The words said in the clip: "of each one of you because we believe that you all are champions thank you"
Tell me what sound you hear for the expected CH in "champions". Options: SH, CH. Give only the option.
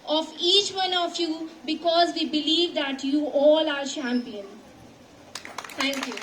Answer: SH